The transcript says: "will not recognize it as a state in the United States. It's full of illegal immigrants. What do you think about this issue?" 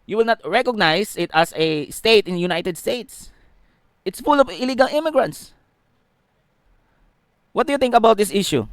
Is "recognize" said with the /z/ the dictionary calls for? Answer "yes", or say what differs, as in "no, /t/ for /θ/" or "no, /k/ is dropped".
no, /s/ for /z/